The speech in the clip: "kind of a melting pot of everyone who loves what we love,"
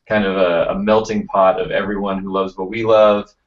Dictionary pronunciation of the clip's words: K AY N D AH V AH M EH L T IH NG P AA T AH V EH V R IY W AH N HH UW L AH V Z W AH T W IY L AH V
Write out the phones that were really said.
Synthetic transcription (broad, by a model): K AY N D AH V AH M EH L T IH NG P AA T AH V EH V R IY W AH N HH UW L AH V Z W AH T W IY L AH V